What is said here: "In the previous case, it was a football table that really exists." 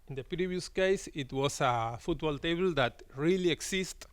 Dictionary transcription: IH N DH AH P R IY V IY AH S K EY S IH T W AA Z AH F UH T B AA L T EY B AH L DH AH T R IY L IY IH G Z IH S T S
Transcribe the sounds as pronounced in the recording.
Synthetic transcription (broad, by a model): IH N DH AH P R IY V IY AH S K EY S IH T W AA S AH F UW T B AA L T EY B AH L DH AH T R IY L IY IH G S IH S T